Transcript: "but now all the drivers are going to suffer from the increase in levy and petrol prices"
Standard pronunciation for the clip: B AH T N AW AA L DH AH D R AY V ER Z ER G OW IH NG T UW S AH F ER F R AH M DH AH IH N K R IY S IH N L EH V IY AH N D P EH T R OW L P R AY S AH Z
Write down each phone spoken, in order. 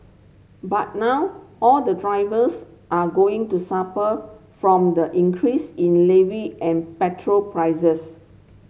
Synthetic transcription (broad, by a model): B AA T N AW AA L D AH D R AY V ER S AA G OW IH NG T UW S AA P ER F R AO M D AH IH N K R IY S IH N L EH V IY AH N P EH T R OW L P R AY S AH S